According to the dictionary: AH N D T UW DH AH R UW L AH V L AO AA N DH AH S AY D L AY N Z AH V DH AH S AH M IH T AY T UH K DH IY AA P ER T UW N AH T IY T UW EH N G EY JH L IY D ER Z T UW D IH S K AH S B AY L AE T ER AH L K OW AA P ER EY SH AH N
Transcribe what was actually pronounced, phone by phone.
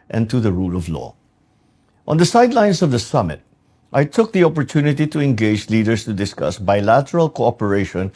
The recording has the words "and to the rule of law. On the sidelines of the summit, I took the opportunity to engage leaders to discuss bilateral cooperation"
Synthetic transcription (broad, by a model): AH N T UW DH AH R UW L AH V L AO AA N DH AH S AY D L AY N S AH V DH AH S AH M IH T AY T UH K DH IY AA P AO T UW N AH T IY T UW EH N G EY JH L IY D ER S T UW D IH S K AH S B AY L AE T ER AH L K OW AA P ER EY SH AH N